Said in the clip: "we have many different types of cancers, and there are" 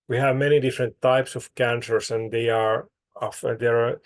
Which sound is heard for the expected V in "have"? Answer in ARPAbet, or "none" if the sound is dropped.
V